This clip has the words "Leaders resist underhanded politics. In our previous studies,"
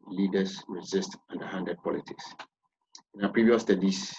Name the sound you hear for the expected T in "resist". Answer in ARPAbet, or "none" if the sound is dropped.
T